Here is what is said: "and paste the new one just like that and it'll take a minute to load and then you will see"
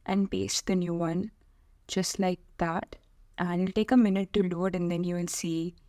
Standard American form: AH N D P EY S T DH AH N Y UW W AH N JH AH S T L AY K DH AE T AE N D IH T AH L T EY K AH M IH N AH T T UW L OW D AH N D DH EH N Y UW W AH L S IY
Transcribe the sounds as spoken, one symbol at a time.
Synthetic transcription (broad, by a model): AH N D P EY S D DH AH N Y UW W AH N JH AH S T L AY K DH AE T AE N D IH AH L T EY K AH M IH N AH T T UW L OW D AH N D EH N Y UW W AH N S IY